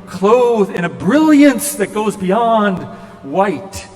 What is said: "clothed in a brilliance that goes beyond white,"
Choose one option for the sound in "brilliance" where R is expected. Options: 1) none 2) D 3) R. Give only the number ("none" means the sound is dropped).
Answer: 3